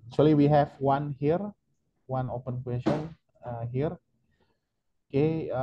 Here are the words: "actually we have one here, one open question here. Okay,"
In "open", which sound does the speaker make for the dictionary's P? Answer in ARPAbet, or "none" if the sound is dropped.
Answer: P